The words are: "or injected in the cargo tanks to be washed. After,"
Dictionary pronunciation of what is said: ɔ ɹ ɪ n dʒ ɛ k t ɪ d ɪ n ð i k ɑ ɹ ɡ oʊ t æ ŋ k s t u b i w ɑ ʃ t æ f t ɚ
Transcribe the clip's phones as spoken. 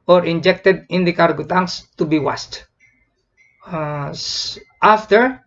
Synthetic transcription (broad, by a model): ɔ ɹ ɪ n dʒ ɛ k t ɪ d ɪ n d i k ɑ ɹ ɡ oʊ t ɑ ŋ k s t u b i w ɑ s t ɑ f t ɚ